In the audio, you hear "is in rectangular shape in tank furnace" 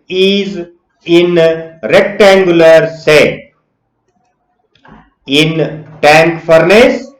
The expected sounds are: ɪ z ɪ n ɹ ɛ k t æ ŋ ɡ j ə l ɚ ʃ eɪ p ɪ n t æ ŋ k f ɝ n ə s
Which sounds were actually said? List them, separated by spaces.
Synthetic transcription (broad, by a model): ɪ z ɪ n ɹ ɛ k t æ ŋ ɡ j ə l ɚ s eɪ ɪ n t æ ŋ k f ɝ n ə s